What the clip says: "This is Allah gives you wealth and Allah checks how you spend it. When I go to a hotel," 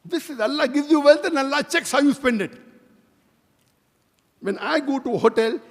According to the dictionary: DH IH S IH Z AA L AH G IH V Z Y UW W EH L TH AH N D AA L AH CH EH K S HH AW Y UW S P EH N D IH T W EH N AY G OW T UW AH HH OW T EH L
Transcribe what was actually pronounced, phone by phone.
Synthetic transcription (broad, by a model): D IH S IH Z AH L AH G IH V Z Y UW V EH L T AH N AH L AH CH EH K S HH AW Y UW S P EH N D IH T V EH N AY G OW T UW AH HH OW T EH L